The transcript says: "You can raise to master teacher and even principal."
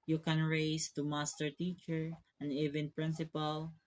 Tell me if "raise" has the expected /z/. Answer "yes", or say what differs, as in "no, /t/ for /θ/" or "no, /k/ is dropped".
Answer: no, /s/ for /z/